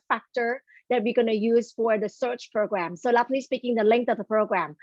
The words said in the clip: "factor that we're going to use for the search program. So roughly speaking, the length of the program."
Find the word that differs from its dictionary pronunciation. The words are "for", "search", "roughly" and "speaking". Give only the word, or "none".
roughly